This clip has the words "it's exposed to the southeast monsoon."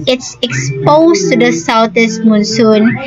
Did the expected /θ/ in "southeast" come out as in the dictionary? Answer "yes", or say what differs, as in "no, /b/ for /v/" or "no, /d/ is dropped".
no, /t/ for /θ/